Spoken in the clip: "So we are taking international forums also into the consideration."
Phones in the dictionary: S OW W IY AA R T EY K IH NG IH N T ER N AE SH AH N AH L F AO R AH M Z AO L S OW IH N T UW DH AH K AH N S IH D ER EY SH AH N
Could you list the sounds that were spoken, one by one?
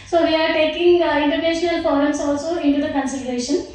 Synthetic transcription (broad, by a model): S OW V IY AA R T EY K IH NG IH N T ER N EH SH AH N AH L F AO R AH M S AO L S OW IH N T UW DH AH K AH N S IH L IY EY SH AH N